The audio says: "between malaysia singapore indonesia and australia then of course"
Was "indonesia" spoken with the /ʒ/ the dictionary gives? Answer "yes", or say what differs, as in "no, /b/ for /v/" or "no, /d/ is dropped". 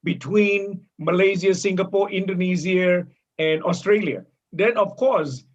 no, /z/ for /ʒ/